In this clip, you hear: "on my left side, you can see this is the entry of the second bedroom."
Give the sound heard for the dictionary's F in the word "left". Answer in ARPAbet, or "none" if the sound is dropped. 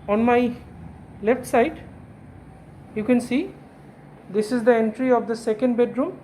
F